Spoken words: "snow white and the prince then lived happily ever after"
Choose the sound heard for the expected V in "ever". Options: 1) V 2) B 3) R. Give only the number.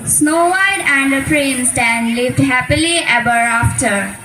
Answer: 2